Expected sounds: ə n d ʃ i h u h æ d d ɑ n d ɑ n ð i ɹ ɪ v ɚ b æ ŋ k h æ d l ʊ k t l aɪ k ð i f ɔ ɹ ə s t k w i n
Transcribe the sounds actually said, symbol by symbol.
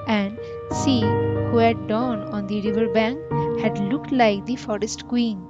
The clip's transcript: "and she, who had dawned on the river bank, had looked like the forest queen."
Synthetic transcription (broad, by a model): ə n d s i h u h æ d d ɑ n ɑ n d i ɹ ɪ v ɚ b æ ŋ k h æ d l ʊ k t l aɪ k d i f ɔ ɹ ə s t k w i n